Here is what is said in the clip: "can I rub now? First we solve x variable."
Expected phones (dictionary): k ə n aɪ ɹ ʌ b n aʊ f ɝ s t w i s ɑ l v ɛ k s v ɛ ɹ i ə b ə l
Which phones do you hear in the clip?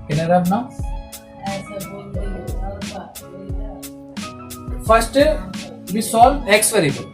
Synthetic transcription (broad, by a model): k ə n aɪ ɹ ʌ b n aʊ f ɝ s t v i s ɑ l ɛ k s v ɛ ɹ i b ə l